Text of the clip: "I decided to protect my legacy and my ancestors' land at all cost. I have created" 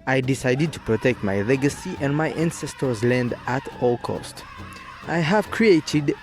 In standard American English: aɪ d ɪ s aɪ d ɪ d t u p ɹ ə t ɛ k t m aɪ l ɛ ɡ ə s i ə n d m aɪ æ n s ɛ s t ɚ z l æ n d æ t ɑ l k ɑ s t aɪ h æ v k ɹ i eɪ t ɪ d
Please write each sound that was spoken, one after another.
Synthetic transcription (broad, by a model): aɪ d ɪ s aɪ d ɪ d t u p ɹ ə t ɛ k t m aɪ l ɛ ɡ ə s i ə n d m aɪ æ n s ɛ s t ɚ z l æ n d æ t ɑ l k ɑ s t aɪ h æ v k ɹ i eɪ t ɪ d